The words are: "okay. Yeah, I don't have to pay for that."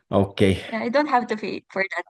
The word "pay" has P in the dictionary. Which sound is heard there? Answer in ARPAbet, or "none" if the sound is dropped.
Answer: F